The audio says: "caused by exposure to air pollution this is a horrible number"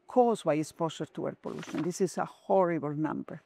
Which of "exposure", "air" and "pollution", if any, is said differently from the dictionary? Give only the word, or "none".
exposure